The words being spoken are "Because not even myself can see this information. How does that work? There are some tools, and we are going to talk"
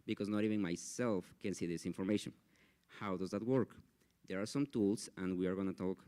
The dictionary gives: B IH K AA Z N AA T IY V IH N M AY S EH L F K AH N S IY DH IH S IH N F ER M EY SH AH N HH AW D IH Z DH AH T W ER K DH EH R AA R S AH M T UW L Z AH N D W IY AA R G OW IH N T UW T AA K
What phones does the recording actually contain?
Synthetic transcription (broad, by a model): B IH K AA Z N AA T IY V IH N M AY S EH L F K AH N S IY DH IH S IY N F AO M EY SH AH N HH AW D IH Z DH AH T W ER K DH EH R AA R S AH M T UW L S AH N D W IY AA R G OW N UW T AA K